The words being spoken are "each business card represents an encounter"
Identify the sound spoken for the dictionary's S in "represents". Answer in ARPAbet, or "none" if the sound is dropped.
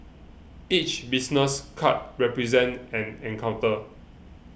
none